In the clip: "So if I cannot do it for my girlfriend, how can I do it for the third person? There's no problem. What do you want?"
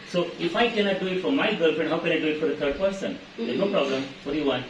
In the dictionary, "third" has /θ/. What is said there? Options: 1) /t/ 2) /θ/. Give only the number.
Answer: 1